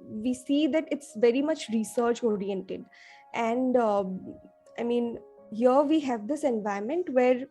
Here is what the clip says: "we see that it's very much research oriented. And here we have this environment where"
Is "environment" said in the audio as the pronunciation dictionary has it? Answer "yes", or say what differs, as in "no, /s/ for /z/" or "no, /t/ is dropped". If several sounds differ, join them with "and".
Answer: no, /ɹ/ is dropped